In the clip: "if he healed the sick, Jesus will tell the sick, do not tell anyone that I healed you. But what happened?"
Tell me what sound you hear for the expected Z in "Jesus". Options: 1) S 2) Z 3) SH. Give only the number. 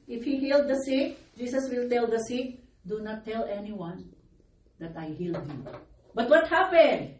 1